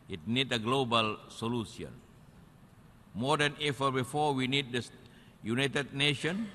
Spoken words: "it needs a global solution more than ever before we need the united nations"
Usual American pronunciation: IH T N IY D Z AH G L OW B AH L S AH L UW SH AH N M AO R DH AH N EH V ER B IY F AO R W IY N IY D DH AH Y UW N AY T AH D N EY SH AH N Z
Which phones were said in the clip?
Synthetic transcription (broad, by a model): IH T N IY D AH G L OW B AH L S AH L UW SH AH N M AO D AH N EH F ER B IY F AO W IY N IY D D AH Y UW N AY T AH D N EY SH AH N